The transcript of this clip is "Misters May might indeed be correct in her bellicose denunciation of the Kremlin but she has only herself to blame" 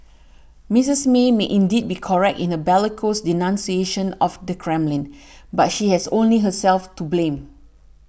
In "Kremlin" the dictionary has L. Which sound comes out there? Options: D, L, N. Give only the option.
L